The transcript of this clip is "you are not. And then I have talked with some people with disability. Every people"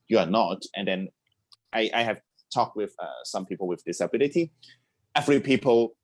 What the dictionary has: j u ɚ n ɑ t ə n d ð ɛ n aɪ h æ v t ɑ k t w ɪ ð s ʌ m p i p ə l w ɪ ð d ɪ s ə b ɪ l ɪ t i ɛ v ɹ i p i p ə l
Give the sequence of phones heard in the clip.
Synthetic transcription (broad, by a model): j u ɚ n ɑ t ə n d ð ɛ n aɪ h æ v t ɑ k t w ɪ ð s ʌ m p i p ə l w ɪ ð d ɪ s ə b ɪ l ɪ t i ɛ f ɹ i p i p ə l